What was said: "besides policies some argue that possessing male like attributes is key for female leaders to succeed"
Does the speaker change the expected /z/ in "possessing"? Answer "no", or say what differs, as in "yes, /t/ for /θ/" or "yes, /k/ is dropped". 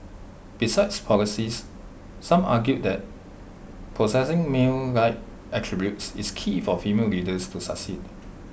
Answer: yes, /s/ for /z/